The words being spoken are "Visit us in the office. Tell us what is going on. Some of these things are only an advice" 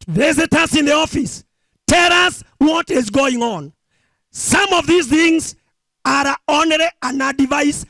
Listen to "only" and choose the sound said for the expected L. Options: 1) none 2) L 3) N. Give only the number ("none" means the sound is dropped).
1